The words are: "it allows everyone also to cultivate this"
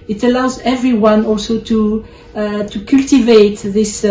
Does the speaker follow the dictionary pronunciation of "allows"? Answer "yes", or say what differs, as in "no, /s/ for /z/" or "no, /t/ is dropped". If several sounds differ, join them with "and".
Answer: yes